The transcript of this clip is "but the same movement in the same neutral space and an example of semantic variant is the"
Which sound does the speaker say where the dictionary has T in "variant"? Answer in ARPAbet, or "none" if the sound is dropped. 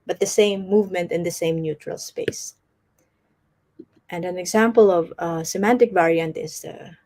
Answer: T